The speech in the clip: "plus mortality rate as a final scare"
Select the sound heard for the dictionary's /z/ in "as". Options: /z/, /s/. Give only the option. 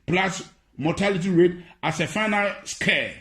/s/